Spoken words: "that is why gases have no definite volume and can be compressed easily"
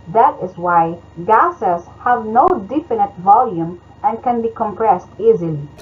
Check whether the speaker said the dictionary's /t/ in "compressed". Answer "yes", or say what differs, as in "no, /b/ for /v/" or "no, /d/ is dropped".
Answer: yes